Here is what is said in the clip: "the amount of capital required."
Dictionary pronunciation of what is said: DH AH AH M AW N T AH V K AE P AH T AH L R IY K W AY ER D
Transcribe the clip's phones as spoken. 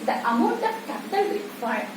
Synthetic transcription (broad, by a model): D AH AH M AW N T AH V K AE P AH T AH L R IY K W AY